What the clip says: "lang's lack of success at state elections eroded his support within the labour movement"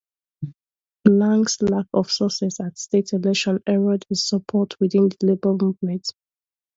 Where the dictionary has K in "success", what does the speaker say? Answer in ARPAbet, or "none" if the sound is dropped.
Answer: none